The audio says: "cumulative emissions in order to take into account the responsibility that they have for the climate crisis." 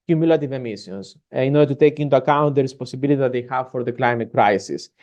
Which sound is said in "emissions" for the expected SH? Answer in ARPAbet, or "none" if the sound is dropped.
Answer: S